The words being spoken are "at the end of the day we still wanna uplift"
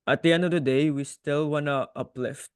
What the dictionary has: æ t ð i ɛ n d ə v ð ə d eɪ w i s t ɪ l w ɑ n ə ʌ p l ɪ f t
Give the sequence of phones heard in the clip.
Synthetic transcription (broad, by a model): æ t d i ɛ n d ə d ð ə d eɪ w i s t ɪ l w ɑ n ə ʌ p l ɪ f t